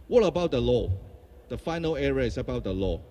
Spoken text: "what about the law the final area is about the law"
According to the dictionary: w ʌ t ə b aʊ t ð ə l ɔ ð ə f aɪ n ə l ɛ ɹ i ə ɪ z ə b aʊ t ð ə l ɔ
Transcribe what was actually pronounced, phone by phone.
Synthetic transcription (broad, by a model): w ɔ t ə b aʊ t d ə l ɔ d ə f aɪ n ə l ɛ ɹ i ə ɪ s ə b aʊ t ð ə l ɔ